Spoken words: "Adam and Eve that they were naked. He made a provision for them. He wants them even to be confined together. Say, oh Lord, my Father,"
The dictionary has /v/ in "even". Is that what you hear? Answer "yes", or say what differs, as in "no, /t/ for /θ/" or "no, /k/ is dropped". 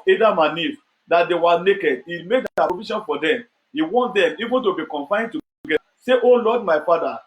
yes